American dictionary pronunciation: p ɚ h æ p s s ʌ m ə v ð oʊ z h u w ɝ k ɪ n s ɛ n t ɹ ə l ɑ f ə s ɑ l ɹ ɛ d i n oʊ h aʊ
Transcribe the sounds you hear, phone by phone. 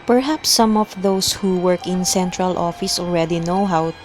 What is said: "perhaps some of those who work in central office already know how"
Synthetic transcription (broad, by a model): p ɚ h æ p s s ʌ m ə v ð oʊ s h u w ɝ k ɪ n s ɛ n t ɹ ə l ɑ f ə s ɑ l ɹ ɛ d i n oʊ h aʊ